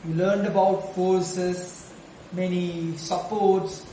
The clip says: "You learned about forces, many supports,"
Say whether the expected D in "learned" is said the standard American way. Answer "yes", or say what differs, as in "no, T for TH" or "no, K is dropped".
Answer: yes